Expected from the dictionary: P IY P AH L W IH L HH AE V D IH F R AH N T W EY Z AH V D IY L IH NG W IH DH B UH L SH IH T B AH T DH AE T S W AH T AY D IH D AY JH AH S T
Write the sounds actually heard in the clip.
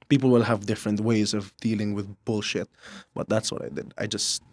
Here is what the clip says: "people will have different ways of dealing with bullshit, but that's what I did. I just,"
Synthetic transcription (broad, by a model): P IY P L W IH L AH V D IH F R AH N T W EY Z AH V D IY L IH NG W IH DH B UH L SH IH T B AH T DH AE T S W AH T AY D IH D AY JH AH S T